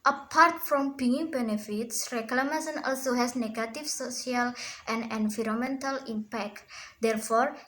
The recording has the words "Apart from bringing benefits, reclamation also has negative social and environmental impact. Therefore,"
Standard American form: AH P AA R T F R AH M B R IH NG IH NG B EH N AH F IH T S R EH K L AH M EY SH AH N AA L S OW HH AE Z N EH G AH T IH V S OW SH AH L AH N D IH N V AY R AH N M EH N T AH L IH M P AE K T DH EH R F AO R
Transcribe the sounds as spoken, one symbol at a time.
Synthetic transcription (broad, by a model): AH P AA R T F R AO M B IH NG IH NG B EH N AH F IH T S R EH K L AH M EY S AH N AA L S OW HH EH S N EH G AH T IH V S OW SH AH L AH N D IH N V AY R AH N M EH N T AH L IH M P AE K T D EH R F AO R